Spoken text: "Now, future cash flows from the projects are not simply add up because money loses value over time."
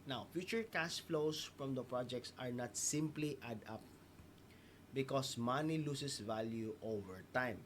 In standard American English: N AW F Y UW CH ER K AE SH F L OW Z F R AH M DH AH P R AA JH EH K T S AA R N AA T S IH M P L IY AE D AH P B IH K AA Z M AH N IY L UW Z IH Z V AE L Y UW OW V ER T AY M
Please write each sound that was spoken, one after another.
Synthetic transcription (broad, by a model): N AW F Y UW CH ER K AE S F L OW S F R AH M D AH P R AA JH EH K T S AA R N AA T S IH M P L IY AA D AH P B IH K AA S M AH N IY L UW S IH S V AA L Y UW OW V ER T AY M